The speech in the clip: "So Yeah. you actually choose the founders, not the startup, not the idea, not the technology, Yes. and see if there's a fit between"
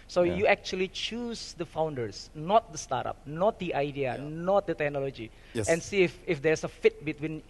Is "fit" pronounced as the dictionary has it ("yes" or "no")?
yes